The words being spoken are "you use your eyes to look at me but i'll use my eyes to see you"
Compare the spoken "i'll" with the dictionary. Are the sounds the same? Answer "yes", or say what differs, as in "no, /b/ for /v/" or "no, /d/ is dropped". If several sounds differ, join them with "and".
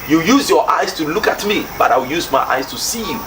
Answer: no, /w/ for /l/